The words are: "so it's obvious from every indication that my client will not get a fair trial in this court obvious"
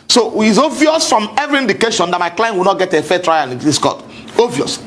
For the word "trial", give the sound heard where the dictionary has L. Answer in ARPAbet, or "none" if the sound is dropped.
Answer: N